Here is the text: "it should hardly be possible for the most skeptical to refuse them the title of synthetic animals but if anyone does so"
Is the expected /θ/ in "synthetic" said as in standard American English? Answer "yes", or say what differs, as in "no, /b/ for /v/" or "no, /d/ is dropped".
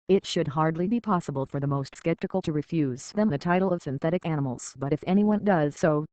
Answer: yes